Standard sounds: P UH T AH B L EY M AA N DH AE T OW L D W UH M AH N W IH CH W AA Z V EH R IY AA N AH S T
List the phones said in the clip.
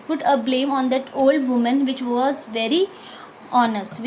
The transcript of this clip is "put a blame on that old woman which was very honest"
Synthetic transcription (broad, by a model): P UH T AH B L EY M AA N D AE T OW L D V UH M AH N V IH CH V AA Z V EH R IY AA N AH S T